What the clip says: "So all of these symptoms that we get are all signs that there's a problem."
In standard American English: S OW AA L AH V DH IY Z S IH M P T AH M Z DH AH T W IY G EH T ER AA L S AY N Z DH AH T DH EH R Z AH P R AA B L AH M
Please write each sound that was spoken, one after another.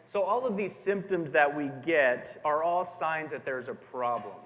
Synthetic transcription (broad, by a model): S OW AA L AH V DH IY Z S IH M P T AH M Z DH AH T W IY G EH T ER AA L S AY N Z DH AH T DH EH R Z AH P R AA B L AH M